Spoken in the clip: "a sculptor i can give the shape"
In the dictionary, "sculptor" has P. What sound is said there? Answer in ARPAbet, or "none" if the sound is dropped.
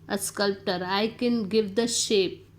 P